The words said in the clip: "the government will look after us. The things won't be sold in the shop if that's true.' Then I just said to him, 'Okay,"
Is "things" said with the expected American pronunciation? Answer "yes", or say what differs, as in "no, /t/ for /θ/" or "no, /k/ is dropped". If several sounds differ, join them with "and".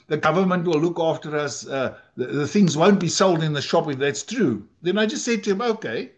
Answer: yes